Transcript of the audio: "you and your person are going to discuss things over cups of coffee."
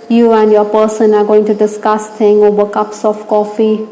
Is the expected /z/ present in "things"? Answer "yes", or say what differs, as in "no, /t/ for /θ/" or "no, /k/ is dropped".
no, /z/ is dropped